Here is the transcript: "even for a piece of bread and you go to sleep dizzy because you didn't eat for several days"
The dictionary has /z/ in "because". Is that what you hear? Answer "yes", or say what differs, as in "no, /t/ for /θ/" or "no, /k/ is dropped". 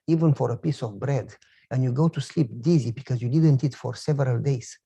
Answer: yes